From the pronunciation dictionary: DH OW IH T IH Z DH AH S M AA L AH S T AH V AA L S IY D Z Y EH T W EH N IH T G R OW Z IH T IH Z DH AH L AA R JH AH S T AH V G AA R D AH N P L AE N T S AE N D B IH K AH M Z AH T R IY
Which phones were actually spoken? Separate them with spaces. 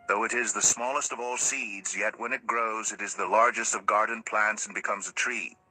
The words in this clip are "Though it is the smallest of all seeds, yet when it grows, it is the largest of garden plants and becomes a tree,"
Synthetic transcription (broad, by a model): DH OW IH T IH Z DH AH S M AA L AH S T AH V AA L S IY D Z Y EH T W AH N IH T G R OW Z IH T IH Z DH AH L AA R JH AH S T AH V G AA R D N P L AE N T S N B IH K AH M Z AH T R IY